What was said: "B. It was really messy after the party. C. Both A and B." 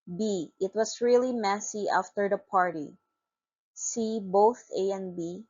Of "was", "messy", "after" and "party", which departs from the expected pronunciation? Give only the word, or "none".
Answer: was